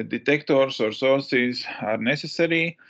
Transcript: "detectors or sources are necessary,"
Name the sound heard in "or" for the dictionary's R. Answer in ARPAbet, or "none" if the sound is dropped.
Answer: R